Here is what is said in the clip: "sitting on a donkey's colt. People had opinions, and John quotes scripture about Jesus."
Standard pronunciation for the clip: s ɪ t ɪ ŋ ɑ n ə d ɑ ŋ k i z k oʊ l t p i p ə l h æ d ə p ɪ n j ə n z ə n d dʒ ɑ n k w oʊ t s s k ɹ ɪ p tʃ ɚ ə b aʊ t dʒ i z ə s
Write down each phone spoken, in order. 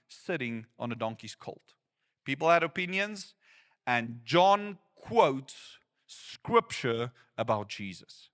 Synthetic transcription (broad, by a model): s ɪ t ɪ ŋ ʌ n ə d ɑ ŋ k i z k oʊ l t p i p l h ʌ d ə p ɪ n j ə n z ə n dʒ ɑ n k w oʊ t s s k ɹ ɪ p tʃ ɚ ə b aʊ t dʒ i z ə s